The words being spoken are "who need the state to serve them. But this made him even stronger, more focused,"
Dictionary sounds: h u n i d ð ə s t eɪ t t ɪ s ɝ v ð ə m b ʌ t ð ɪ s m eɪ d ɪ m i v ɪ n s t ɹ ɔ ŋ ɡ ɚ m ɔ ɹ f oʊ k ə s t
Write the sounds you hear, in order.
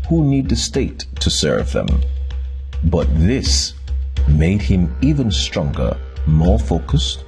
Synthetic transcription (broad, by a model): h u n i d ð ə s t eɪ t t ɪ s ɝ v ð ə m b ʌ t ð ɪ s m eɪ d ɪ m i v ɪ n s t ɹ ɔ ŋ ɡ ɚ m ɔ ɹ f oʊ k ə s t